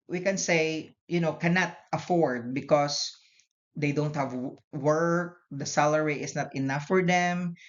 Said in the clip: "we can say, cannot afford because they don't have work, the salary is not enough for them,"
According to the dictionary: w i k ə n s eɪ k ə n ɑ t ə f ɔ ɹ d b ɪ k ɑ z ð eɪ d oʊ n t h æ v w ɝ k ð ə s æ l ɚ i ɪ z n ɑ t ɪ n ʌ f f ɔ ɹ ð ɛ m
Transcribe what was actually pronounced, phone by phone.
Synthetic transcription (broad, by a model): w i k ə n s eɪ k ə n ɑ t ə f ɔ ɹ d b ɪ k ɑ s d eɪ d oʊ n t h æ v w ɝ k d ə s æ l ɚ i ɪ s n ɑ t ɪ n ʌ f f ɔ ɹ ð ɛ m